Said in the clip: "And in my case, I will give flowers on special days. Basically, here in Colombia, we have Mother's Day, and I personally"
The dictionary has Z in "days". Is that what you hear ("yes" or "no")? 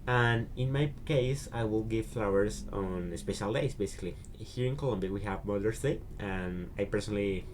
no